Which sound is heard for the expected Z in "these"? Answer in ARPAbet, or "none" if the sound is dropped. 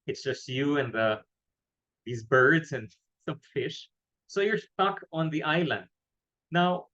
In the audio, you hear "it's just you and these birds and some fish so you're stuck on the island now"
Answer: Z